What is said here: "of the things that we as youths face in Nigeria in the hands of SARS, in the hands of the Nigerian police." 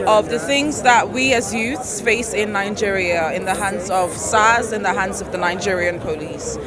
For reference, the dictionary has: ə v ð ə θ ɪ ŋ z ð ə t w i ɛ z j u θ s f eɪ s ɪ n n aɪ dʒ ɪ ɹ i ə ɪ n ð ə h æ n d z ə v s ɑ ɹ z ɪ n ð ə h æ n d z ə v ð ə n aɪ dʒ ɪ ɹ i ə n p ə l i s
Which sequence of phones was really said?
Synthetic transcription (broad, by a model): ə v ð ə θ ɪ ŋ z ð ə t w i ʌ z j u θ s f eɪ s ɪ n n aɪ dʒ ɪ ɹ i ə ɪ n ð ə h æ n d z ə v s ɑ z ɪ n ð ə h æ n d z ə v ð ə n aɪ dʒ ɪ ɹ i ə n p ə l i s